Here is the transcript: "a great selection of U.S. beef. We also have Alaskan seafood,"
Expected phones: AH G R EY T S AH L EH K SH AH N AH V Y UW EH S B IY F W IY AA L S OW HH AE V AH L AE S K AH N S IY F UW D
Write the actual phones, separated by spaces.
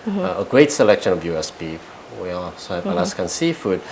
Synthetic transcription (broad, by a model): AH G R EY T S AH L EH K SH AH N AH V Y UW EH S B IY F W IY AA S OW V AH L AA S K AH N S IY F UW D